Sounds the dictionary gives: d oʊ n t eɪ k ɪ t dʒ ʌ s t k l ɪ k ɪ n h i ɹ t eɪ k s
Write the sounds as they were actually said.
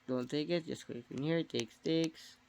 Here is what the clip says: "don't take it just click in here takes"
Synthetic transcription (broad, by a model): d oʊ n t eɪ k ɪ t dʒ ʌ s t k ɪ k ɪ n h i ɹ t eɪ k s